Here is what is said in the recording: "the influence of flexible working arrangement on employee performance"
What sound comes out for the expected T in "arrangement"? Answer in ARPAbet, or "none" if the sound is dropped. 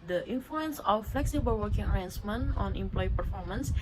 none